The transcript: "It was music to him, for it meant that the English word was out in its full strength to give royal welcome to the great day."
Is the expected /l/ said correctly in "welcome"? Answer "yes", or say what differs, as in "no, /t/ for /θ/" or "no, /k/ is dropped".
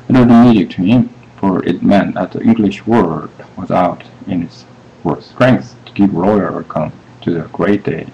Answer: no, /l/ is dropped